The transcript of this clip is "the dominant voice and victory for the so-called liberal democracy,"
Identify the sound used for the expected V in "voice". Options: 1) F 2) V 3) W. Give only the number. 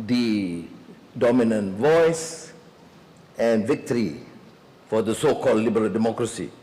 2